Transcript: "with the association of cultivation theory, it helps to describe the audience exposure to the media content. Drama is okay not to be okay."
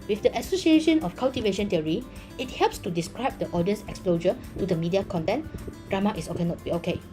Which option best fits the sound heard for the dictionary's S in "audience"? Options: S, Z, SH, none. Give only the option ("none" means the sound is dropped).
S